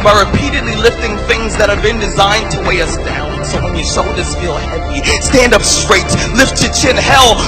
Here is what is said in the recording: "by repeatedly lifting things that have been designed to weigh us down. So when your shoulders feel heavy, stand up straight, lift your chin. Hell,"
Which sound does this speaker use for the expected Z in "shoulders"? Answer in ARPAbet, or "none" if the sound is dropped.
S